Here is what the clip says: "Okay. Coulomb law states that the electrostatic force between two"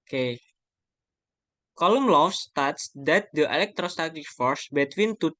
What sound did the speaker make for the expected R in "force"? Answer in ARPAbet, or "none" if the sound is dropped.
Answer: R